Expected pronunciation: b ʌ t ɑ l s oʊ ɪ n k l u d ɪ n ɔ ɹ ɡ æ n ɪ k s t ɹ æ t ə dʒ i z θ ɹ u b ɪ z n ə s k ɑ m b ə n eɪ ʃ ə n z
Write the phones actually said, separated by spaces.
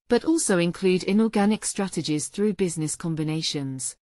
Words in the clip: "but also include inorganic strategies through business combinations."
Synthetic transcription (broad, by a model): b ʌ t ɑ l s oʊ ɪ n k l u d ɪ n ɔ ɡ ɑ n ɪ k s t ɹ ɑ t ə dʒ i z θ ɹ u b ɪ z n ə s k ɑ m b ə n eɪ ʃ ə n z